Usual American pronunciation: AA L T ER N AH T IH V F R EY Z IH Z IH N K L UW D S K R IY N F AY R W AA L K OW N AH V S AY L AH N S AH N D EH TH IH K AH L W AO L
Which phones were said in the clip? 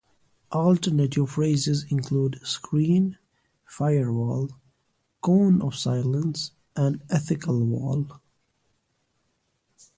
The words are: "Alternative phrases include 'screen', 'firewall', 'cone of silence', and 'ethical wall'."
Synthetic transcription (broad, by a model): AA L T ER N AH T IH V F R EY Z IH Z IH N K L UW D S K R IY N F AY R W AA L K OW N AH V S AY L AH N S AH N D EH TH IH K AH L W AO L